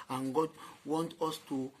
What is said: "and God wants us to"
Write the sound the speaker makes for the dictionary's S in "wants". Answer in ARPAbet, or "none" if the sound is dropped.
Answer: none